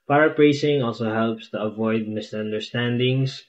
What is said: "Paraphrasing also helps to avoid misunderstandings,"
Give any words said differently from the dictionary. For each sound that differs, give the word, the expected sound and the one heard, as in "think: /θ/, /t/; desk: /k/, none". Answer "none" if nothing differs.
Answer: none